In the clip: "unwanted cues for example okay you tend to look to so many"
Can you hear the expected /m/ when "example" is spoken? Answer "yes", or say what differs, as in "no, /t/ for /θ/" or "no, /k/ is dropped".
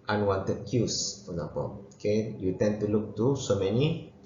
no, /m/ is dropped